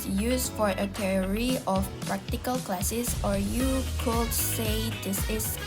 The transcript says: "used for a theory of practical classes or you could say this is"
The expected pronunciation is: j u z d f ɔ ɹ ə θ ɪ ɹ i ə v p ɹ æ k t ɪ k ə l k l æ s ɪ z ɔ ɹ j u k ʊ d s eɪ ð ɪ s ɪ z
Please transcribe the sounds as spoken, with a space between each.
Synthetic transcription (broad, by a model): j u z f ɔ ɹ ə t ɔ ɹ i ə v p ɹ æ k t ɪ k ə l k l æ s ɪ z ɔ ɹ j u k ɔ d s eɪ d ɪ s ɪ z